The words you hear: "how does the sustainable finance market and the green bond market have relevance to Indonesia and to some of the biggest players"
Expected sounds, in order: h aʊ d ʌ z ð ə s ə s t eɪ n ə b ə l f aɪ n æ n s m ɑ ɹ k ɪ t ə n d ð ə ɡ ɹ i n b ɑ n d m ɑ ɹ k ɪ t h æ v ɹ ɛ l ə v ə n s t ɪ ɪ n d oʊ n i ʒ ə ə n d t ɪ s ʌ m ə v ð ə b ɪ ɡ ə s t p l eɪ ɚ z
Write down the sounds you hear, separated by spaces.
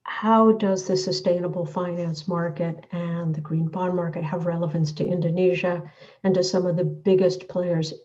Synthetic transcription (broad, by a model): h aʊ d ʌ z ð ə s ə s t eɪ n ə b l f aɪ n æ n s m ɑ ɹ k ɪ t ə n ð ə ɡ ɹ i n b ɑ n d m ɑ ɹ k ɪ t h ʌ v ɹ ɛ l ə v ə n s t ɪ ɪ n d oʊ n i ʒ ə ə n t ɪ s ʌ m ə v ð ə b ɪ ɡ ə s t p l eɪ ɚ z